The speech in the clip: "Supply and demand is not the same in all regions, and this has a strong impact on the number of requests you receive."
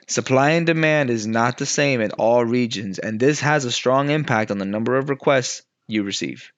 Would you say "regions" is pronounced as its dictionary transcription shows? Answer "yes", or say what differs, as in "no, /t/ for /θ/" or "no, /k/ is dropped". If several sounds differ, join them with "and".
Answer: yes